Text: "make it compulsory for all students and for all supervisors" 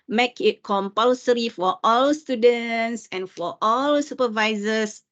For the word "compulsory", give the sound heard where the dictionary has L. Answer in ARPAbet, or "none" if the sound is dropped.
L